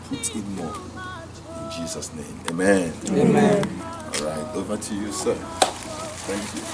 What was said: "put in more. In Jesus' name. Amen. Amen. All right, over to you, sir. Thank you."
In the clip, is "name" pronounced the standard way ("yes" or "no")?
no